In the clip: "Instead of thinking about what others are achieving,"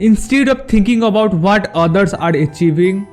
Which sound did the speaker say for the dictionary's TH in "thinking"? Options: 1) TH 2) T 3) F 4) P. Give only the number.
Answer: 2